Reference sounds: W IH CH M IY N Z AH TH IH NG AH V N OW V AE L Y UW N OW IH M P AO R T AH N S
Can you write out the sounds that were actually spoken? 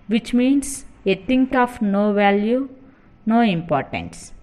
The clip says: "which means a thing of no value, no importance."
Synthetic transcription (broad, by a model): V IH CH M IY N S AH T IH NG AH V N OW V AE L Y UW N OW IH M P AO R T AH N S